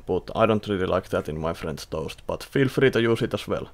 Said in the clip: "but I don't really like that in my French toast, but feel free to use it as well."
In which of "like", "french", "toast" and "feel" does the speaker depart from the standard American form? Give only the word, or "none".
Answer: french